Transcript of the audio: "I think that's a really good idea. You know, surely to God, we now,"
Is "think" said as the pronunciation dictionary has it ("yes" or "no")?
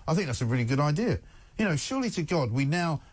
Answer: yes